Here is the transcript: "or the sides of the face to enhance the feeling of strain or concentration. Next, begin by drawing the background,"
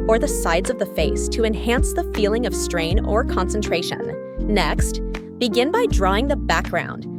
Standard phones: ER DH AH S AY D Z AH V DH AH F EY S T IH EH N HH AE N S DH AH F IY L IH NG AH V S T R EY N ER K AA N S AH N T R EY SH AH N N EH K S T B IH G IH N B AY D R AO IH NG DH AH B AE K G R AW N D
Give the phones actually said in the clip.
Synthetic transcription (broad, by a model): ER DH AH S AY D Z AH V DH AH F EY S T IH EH N HH AE N S DH AH F IY L IH NG AH V S T R EY N ER K AA N S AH N T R EY SH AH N N EH K S T B IH G IH N B AY D R AO IH NG DH AH B AE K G R AW N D